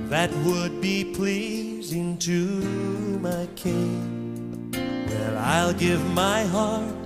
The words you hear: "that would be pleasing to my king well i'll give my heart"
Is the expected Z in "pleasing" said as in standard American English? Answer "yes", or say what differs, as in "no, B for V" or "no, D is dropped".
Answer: yes